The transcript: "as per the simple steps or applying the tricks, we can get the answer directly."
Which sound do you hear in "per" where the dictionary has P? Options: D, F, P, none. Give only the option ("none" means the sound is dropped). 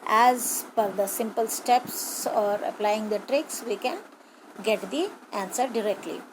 F